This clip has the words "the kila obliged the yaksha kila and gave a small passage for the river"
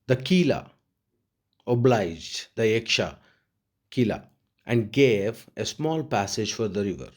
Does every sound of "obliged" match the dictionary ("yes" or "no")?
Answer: yes